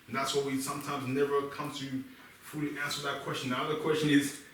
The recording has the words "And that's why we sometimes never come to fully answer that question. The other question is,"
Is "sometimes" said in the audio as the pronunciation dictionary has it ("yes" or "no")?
yes